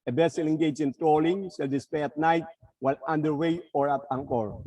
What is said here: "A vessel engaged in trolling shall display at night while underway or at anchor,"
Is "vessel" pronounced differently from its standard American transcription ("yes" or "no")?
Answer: yes